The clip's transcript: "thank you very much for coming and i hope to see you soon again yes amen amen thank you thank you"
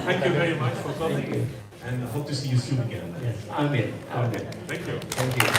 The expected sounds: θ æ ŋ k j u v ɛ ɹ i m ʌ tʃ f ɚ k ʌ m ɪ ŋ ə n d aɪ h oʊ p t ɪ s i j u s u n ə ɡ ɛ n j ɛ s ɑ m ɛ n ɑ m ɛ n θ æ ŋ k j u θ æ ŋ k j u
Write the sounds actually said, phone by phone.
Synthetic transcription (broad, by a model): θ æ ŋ k j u v ɛ ɹ i m ʌ tʃ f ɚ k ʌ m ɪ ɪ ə n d aɪ h oʊ p t ɪ s i j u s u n ə ɡ ɛ n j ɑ ɑ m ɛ ɑ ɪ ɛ θ æ ŋ k j u θ æ ŋ k j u